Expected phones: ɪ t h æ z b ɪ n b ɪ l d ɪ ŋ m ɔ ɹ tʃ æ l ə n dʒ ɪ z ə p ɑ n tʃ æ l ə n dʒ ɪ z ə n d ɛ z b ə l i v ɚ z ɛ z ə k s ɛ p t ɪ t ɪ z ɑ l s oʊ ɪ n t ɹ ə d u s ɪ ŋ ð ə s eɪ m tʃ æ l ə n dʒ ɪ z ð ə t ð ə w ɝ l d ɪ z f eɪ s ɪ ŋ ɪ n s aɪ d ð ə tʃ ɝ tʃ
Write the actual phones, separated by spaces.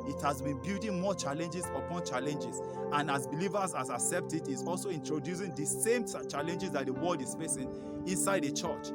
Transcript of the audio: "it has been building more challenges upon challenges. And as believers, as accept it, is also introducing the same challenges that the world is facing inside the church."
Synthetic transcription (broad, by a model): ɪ t h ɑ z b ɪ n b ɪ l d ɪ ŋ m ɔ tʃ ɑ l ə n dʒ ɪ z ə p ɑ n tʃ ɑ l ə n dʒ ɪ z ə n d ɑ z b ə l i v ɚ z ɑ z ə k s ɛ p t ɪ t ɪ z ɑ l s oʊ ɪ n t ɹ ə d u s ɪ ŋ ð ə s eɪ m tʃ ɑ l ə n dʒ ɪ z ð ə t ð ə w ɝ l d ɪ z f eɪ s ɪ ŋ ɪ n s aɪ d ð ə tʃ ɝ tʃ